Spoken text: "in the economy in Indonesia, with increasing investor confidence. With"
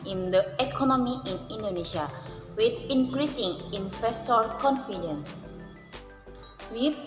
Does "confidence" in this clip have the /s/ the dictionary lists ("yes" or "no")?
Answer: yes